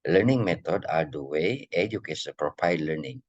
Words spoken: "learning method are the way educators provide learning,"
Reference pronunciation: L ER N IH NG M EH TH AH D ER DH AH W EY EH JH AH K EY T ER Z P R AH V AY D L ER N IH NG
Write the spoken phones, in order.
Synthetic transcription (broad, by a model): L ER N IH NG M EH T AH D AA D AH W EY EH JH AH K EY S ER P R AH P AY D L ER N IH NG